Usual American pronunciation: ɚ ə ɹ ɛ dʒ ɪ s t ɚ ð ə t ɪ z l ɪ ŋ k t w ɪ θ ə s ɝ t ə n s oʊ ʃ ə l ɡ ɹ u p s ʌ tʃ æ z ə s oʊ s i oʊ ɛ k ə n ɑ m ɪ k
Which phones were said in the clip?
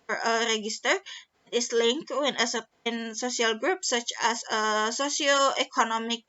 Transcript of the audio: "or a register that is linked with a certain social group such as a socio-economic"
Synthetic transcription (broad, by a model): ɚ ə ɹ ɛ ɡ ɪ s t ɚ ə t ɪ s l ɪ ŋ k w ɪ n ə s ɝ t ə n s oʊ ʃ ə l ɡ ɹ u p s ʌ tʃ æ s ə s oʊ s i oʊ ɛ k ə n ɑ m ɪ k